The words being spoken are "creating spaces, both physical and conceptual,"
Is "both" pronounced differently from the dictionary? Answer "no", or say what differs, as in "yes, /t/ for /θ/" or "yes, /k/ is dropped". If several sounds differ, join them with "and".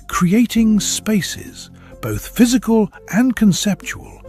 no